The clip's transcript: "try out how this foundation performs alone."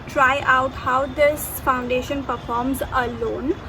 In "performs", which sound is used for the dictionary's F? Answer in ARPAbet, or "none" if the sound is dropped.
F